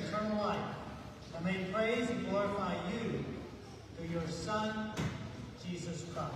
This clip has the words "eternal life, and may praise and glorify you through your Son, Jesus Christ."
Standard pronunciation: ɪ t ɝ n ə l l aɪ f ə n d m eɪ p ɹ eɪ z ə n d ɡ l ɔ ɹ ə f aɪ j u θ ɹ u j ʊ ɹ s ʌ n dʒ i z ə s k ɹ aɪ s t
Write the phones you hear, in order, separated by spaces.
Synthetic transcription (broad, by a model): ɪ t ɝ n l l aɪ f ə m eɪ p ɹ eɪ ə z ɡ l ɔ ɹ ə f aɪ j u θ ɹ j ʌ ɹ s ʌ n dʒ i z ə s k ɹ aɪ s